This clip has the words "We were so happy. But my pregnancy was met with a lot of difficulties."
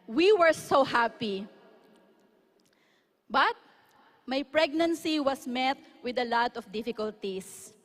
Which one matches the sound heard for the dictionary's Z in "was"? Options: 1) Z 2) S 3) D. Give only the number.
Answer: 2